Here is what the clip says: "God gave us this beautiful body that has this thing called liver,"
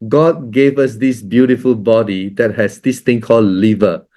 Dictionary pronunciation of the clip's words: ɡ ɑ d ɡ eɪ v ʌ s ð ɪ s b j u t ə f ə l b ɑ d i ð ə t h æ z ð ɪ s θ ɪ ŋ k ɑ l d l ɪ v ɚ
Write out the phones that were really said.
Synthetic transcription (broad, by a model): ɡ ɑ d ɡ eɪ v ʌ s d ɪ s b j u t ə f ə l b ɑ d i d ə t h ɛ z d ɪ s t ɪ ŋ k ɑ l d l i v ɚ